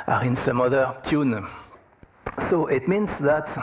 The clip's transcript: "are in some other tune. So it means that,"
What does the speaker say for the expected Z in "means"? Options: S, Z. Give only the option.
S